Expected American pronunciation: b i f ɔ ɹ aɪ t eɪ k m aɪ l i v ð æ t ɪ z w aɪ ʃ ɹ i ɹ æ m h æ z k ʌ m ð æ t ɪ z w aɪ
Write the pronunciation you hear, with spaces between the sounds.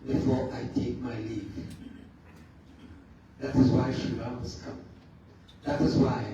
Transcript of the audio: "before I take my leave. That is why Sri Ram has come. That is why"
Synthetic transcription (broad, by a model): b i f ɔ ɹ aɪ t eɪ k m aɪ l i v ð æ t ɪ z w aɪ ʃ i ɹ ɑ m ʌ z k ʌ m ð æ t ɪ z w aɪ